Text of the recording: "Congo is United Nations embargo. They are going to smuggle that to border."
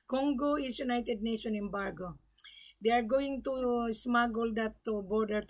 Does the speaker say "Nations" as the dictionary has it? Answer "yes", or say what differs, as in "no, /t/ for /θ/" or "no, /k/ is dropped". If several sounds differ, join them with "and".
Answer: no, /z/ is dropped